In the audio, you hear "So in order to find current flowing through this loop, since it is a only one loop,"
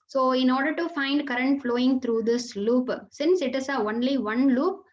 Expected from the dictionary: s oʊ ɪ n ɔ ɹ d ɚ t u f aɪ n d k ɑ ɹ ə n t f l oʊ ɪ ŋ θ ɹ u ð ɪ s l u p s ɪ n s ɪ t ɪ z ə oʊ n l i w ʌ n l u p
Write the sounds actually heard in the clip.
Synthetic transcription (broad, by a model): s oʊ ɪ n ɔ ɹ d ɚ t u f aɪ n d k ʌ ɹ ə n t f l oʊ ɪ ŋ t ɹ u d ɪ s l u p s ɪ n s ɪ t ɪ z ə oʊ n l i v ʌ n l u p